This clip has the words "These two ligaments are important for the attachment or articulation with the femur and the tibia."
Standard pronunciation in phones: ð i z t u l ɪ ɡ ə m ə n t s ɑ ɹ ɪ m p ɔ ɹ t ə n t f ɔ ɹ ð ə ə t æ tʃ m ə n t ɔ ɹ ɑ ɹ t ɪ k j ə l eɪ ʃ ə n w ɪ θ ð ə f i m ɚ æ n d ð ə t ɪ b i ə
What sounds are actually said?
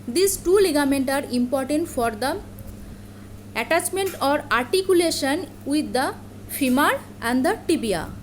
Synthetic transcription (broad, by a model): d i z t u l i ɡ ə m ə n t ɑ ɹ ɪ m p ɔ ɹ t ə n t f ɔ ɹ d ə ə t æ tʃ m ə n t ɔ ɹ ɑ ɹ t ɪ k j ə l eɪ ʃ ə n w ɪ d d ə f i m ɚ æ n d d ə t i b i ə